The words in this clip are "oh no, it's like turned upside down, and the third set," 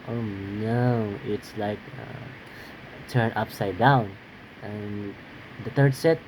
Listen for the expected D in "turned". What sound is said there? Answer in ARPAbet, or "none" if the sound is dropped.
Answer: none